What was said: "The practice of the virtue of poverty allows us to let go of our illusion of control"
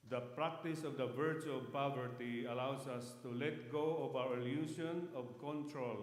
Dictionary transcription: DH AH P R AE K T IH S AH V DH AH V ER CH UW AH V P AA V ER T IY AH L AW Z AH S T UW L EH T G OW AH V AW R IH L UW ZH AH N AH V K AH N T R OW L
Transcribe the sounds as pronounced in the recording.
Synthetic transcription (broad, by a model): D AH P R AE K T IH S AH V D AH V ER CH UW AH V P AA V ER T IY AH L AW S AH S T UW L EH T G OW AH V AW R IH L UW S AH N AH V K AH N T R OW L